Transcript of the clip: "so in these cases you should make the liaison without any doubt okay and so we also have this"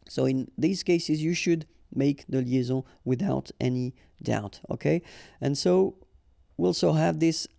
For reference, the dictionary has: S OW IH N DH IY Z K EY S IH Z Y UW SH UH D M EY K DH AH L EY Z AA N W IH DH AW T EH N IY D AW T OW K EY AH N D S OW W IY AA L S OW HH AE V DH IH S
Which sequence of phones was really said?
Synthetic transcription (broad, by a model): S OW IH N DH IY Z K EY S IH Z Y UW SH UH D M EY K DH AH L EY Z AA W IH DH AW T EH N IY D AW T OW K EY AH N S OW W IY AA L S OW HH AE V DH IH S